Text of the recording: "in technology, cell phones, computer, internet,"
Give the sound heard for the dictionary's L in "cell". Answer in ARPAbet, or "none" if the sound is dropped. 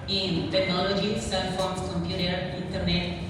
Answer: N